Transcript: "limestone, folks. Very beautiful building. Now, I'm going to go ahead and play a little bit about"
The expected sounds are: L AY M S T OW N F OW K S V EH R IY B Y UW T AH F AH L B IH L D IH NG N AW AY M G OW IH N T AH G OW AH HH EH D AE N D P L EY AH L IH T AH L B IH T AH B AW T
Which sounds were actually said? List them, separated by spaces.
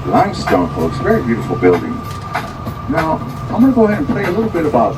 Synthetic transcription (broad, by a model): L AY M S T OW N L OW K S V EH R IY B Y UW T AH F L B IH L D IH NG N AW AY M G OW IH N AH G OW AH HH EH D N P EY AH L IH T L B IH T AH B AW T